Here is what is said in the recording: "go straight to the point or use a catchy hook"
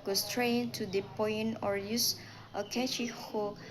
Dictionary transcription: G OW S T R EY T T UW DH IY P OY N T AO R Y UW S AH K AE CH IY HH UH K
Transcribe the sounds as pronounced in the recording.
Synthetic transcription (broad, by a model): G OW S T R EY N T UW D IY P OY N AO R Y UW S AH K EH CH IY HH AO